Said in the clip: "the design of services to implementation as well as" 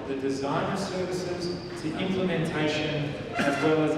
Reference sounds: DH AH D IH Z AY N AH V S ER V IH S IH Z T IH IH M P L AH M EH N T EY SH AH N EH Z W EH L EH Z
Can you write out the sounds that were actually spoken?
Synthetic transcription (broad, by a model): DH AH D IH Z AY N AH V S ER V IH S IH Z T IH IH M P L AH M EH N T EY SH AH N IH Z W EH L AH Z